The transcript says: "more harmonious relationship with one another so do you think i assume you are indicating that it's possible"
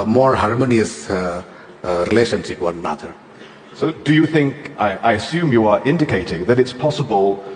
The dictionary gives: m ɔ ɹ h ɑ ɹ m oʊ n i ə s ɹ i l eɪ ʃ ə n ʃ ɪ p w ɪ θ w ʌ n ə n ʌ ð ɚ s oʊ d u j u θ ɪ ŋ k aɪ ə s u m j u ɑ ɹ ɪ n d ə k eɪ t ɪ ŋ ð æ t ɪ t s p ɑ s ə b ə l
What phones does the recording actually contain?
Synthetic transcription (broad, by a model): m ɔ ɹ h ɑ ɹ m oʊ n i ə s ɹ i l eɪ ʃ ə n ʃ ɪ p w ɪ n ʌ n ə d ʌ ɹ s oʊ d u j u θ ɪ ŋ k aɪ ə s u m j u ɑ ɹ ɪ n d ə k eɪ t ɪ ŋ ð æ t ɪ t s p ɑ s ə b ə l